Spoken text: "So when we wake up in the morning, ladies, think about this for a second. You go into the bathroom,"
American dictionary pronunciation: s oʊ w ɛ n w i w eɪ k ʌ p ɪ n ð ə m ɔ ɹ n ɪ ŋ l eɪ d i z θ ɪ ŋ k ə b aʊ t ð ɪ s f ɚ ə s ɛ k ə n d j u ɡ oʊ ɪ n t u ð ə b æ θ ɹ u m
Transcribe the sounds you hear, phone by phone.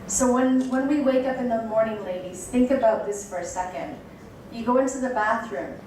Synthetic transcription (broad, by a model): s oʊ w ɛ n w i w eɪ k ʌ p ɪ n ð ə m ɔ ɹ n ɪ ŋ l eɪ d i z θ ɪ ŋ k ə b aʊ t ð ɪ s f ɚ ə s ɛ k ə n d j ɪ ɡ oʊ ɪ n t u ð ə b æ θ ɹ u m